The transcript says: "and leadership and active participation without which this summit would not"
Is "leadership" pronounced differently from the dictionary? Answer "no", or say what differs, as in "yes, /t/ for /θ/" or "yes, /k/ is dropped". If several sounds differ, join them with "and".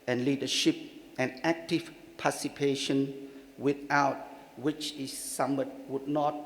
no